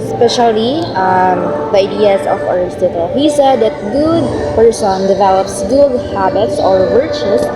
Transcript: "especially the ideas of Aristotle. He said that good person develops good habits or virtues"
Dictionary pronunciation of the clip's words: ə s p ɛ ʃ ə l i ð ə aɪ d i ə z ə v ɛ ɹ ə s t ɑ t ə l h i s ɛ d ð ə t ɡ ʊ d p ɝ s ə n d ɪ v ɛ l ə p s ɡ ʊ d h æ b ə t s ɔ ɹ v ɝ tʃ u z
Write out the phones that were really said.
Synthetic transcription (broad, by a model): s p ɛ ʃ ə l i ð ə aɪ d i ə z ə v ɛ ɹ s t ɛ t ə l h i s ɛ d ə t ɡ ʊ d p ɝ s ə n d ɪ v ɛ l ə p s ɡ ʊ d h æ b ə t s ɔ ɹ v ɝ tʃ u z